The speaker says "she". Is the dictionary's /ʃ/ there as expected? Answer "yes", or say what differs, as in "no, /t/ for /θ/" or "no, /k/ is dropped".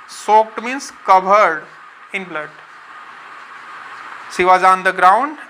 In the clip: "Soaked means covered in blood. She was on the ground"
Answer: no, /s/ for /ʃ/